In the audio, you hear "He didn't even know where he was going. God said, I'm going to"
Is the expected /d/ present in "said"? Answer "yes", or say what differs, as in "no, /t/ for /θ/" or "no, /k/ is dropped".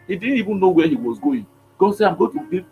no, /d/ is dropped